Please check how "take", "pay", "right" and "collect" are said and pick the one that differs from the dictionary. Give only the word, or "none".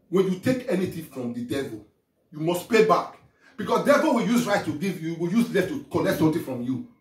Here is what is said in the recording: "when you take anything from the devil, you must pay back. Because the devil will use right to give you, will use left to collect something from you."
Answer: collect